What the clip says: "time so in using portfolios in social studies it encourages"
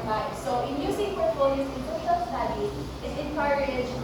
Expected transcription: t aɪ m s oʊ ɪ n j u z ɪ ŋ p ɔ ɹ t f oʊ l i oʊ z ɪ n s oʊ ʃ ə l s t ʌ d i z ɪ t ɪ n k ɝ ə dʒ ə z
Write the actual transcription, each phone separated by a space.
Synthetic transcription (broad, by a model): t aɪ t s oʊ ɪ n j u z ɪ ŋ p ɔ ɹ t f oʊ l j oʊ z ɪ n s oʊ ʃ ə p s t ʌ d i ɪ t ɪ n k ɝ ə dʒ